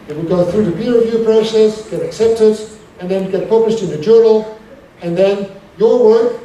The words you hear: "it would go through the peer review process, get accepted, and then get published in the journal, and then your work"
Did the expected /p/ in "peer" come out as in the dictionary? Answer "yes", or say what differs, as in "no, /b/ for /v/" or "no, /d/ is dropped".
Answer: no, /b/ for /p/